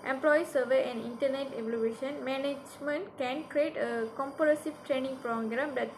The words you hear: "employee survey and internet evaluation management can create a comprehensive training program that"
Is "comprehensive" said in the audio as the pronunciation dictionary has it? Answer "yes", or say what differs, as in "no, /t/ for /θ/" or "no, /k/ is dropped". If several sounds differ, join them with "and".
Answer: no, /ɹ/ is dropped and /n/ is dropped